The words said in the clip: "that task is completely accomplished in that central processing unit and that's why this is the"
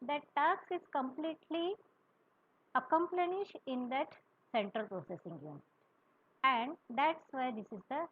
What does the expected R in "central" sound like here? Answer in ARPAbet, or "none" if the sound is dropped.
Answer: R